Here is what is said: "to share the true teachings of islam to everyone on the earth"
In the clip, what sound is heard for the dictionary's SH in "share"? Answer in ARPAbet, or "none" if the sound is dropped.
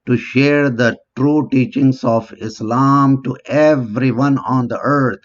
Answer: SH